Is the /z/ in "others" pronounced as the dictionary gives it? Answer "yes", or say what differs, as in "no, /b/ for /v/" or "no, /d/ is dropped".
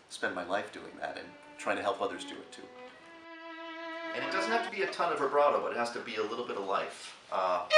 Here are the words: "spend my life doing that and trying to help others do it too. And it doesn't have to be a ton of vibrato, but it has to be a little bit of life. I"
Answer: yes